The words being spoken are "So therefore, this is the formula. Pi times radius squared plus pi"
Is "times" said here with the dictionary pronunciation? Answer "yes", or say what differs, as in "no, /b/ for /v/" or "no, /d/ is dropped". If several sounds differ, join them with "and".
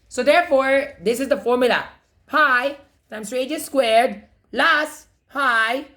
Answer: no, /s/ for /z/